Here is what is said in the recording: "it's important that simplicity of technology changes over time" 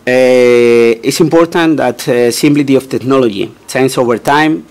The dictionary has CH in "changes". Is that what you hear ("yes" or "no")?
no